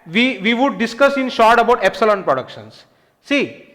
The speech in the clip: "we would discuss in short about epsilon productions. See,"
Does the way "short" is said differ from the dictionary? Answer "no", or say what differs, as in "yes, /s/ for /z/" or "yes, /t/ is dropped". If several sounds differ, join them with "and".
no